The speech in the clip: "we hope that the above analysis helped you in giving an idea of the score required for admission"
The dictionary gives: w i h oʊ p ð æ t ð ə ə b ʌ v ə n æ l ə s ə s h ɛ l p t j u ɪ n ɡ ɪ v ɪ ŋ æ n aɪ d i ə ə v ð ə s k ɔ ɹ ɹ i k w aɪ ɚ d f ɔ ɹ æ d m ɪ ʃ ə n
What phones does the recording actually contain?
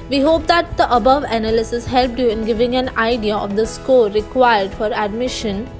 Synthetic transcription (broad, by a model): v i h oʊ p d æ t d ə ə b ʌ v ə n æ l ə s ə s h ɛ l p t j u ɪ n ɡ ɪ v ɪ ŋ æ n aɪ d i ə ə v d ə s k ɔ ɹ ɹ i k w aɪ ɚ d f ɔ ɹ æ d m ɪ ʃ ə n